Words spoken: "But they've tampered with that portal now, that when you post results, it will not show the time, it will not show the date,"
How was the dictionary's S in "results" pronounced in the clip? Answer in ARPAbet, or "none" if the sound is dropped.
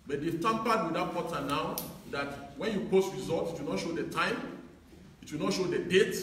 none